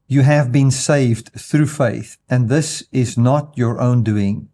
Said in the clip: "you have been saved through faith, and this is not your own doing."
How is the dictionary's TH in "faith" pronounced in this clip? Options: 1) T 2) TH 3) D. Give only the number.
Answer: 2